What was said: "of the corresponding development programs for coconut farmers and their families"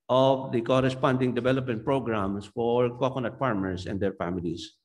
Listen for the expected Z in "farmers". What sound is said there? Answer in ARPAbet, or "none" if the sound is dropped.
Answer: S